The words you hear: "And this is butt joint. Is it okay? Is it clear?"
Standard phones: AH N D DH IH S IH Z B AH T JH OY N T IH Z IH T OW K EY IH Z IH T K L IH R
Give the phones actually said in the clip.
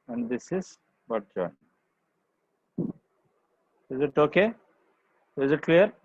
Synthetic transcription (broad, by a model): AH N D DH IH S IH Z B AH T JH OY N IH Z IH T OW K EY IH Z IH T K L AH R